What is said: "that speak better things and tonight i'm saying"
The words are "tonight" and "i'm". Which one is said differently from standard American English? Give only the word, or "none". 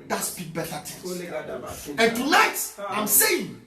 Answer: tonight